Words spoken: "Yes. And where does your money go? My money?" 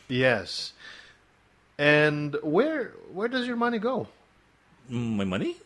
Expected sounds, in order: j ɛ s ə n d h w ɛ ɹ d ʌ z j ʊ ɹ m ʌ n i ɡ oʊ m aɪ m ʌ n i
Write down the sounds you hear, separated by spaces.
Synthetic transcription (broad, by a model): j ɛ s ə n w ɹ w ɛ ɹ d ʌ z j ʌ ɹ m ʌ n i ɡ oʊ m aɪ m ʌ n i